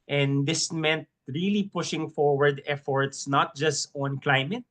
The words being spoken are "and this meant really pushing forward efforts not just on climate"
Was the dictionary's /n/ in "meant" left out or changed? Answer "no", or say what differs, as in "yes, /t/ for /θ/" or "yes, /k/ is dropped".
no